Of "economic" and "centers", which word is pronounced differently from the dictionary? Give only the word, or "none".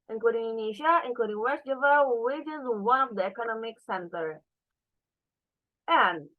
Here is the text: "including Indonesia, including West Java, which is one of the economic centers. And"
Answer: centers